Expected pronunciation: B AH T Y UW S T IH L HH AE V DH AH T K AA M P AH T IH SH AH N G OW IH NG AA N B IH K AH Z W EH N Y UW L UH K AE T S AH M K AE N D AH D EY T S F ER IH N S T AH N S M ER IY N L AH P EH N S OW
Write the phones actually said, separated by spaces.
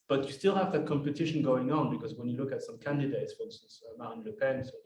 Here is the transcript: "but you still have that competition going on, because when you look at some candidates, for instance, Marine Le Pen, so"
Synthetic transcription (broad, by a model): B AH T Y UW S T IH L HH AE V DH AH T K AA M P AH T IH SH AH N G OW IH NG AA N B IH K AH Z W EH N Y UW L UH K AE T S AH M K AE N D AH D EY T S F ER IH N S S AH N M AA N L AH P EH N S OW